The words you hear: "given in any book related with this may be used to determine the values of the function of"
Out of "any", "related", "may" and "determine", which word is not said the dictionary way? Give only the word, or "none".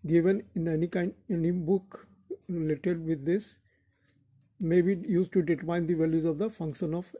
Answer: determine